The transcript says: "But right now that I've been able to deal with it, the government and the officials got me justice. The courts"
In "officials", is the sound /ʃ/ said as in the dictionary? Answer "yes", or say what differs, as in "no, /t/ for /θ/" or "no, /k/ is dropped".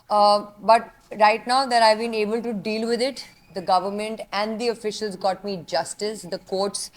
yes